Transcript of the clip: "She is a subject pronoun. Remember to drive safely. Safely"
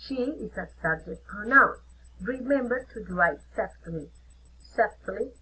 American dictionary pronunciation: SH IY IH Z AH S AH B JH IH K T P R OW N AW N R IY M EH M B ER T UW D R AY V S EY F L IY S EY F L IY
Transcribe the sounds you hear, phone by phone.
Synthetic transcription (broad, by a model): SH IY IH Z AH S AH B JH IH K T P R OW N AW N R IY M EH M B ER T UW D L AY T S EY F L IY S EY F L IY